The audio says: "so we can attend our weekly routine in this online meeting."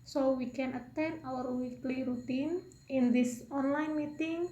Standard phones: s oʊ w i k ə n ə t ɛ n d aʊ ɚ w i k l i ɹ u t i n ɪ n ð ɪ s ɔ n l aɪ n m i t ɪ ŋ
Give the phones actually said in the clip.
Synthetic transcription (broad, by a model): s oʊ w i k ə n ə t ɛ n aʊ ɚ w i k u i ɹ u t i n ɪ n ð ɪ s ɔ n l aɪ n m i t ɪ ŋ